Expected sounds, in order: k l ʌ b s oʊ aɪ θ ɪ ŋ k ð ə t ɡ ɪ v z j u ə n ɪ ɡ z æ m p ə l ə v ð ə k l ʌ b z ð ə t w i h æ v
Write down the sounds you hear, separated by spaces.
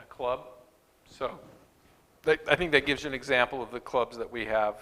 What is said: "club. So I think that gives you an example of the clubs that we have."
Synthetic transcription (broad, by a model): k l ʌ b s oʊ aɪ θ ɪ ŋ k ð ə t ɡ ɪ v z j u ə n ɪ ɡ z æ m p l ə v ð ə k l ʌ b z ð ə t w i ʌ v